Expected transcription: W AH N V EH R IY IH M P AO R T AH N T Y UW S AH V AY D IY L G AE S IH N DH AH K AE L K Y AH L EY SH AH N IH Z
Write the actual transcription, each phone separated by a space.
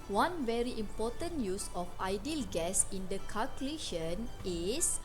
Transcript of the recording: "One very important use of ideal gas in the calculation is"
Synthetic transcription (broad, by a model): W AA N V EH R IY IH M P AO T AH N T Y UW S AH F AY D IY L G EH S IH N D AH K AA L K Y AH L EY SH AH N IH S